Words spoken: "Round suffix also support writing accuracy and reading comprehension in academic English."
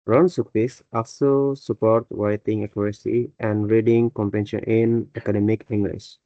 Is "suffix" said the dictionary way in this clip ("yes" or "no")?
no